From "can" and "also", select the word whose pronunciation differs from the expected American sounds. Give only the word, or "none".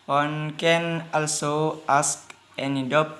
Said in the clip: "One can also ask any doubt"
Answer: none